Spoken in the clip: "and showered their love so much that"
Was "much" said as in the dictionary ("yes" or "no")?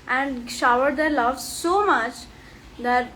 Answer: yes